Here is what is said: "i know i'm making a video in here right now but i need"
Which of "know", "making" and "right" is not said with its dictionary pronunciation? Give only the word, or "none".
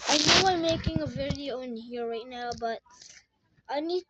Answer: none